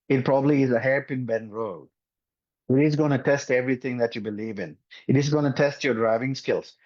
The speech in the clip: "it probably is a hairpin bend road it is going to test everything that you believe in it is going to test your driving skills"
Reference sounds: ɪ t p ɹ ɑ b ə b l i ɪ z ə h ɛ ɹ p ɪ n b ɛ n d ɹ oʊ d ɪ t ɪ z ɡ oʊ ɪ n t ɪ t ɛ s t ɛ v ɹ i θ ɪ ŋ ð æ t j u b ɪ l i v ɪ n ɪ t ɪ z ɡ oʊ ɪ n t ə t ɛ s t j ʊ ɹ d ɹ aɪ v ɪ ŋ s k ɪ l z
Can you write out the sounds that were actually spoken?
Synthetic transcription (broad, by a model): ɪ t p ɹ ɑ b ə b l i ɪ z ə h ɛ ɹ p ɪ n b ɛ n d ɹ oʊ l ɪ t ɪ z ɡ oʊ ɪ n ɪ t ɛ s t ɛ v ɹ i t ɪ ŋ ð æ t j u b ɪ l i v ɪ n ɪ t ɪ z ɡ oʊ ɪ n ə t ɛ s t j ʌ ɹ d ɹ aɪ v ɪ ŋ s k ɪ l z